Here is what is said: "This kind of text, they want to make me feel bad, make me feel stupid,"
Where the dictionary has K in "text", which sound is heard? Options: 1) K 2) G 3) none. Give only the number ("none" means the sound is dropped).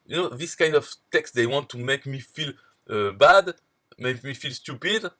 1